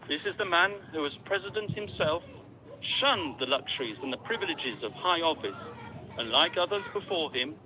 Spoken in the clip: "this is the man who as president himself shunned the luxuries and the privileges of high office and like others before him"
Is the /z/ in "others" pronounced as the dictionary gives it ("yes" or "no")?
yes